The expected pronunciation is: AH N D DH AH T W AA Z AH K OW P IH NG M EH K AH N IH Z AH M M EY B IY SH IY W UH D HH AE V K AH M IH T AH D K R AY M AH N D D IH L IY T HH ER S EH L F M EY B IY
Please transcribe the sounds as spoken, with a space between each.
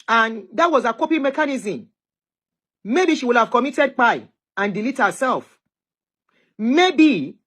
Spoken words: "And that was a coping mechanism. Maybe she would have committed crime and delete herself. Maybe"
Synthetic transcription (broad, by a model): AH N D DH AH T W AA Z AH K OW P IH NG M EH K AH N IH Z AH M M EY B IY SH IY W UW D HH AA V K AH M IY T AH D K AY AH N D D IH L IY T HH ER S EH L F M EY B IY